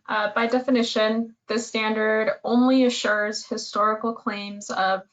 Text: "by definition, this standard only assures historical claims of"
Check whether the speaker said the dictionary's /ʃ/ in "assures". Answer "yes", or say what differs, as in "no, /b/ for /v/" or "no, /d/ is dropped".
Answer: yes